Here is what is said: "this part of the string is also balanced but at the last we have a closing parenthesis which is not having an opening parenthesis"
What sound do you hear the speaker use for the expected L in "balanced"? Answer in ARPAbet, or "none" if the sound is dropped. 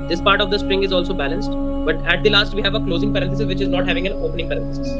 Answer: L